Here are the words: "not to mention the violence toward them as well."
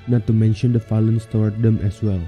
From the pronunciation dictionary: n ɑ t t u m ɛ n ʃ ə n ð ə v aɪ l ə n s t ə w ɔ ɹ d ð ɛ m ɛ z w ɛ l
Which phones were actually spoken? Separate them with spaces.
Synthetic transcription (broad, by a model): n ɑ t t u m ɛ n ʃ ə n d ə f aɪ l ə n s t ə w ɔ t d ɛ m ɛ s w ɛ l